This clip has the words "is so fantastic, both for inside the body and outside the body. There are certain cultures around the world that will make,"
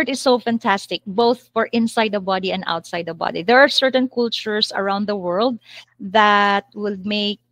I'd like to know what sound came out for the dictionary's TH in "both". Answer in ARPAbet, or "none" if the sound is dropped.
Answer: TH